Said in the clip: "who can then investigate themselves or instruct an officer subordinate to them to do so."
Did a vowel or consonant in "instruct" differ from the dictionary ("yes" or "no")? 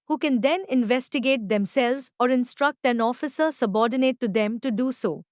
no